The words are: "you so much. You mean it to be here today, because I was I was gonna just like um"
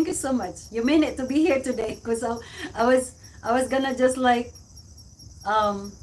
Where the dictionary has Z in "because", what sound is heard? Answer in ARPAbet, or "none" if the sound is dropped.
none